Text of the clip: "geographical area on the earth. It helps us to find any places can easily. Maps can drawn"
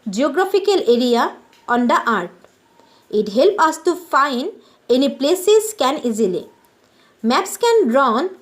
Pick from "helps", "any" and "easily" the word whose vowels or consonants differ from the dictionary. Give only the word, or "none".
helps